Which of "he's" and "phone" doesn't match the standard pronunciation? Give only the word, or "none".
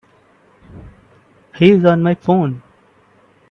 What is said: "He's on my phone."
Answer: none